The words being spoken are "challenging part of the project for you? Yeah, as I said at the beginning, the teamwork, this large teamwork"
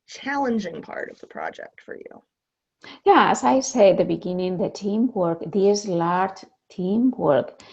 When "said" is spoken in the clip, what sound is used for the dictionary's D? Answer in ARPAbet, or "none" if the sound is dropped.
none